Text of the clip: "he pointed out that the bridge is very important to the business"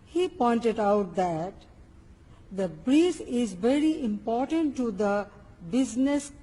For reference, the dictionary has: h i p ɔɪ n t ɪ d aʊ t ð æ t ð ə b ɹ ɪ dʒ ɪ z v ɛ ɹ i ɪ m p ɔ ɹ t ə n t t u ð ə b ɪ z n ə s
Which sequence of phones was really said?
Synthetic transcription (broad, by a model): h i p ɔɪ n t ɪ d aʊ t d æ t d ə b ɹ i z ɪ z v ɛ ɹ i ɪ m p ɔ ɹ t ə n t t u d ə b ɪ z n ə s